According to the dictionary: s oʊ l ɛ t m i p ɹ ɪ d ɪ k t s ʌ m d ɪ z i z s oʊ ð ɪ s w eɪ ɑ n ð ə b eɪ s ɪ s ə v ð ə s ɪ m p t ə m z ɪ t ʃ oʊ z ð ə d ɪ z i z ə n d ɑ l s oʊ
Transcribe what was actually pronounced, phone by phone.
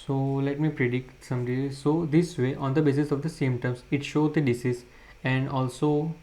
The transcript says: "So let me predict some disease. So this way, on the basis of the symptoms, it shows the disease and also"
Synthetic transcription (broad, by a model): s oʊ l ɛ t m i p ɹ ɪ d ɪ k t s ʌ m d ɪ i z s oʊ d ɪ s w eɪ ɑ n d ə b eɪ s ɪ s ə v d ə s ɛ m t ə m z ɪ t ʃ oʊ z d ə d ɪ s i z ə n d ɑ l s oʊ